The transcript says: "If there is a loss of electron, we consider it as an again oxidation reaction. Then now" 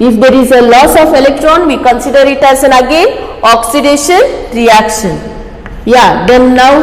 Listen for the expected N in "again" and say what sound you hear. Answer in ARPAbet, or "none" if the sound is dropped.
none